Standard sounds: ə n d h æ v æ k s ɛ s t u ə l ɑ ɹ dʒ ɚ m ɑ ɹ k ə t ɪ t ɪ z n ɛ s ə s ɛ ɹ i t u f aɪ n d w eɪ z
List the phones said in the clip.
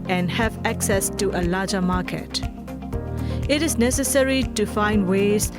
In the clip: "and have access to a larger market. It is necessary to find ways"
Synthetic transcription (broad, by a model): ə n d h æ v æ k s ɛ s t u ə l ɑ dʒ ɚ m ɑ k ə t ɪ t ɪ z n ɛ s ə s ɛ ɹ i t u f aɪ n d w eɪ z